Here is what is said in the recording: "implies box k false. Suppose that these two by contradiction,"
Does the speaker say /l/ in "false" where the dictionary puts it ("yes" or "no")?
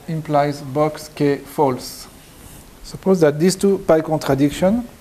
yes